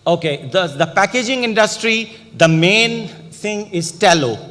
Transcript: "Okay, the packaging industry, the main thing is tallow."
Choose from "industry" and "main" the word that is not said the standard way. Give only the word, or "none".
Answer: none